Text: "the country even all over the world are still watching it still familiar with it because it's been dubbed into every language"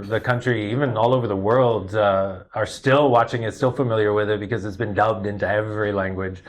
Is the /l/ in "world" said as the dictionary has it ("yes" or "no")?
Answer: yes